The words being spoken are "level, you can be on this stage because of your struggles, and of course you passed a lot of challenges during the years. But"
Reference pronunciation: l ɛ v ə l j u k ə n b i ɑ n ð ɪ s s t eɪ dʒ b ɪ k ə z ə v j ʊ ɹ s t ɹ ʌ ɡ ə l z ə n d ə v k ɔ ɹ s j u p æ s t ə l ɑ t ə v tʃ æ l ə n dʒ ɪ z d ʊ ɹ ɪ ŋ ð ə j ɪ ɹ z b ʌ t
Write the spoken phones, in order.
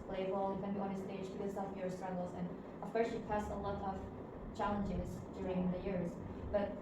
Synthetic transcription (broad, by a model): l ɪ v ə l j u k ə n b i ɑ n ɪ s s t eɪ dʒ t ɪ ə s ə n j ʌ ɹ s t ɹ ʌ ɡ l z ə n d ə v k ɔ ɹ s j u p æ s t ə l ɑ t ə v tʃ æ l ə n dʒ ɪ z d ʊ ɹ ɪ ŋ ð ə j ɪ ɹ z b ʌ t